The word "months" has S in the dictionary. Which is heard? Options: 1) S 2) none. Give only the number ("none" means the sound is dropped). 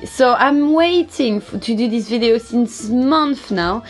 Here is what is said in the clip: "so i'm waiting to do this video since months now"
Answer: 2